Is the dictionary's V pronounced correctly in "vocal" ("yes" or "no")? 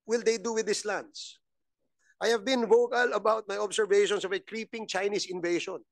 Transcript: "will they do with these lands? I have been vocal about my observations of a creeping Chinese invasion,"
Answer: yes